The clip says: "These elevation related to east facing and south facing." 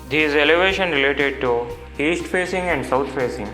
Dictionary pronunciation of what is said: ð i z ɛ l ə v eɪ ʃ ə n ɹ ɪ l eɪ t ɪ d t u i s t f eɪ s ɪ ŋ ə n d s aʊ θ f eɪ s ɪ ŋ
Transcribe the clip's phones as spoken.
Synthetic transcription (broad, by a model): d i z ɛ l ə v eɪ ʃ ə n ɹ ɪ l eɪ t ɪ d t u i s t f eɪ s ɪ ŋ ə n d s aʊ t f eɪ s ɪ ŋ